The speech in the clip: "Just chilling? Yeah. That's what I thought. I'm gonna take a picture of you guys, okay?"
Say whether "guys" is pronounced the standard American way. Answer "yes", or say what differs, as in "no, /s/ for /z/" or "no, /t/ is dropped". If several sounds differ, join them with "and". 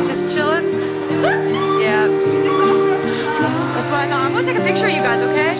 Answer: yes